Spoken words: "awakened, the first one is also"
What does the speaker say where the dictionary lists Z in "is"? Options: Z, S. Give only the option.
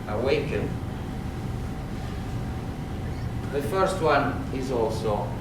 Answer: Z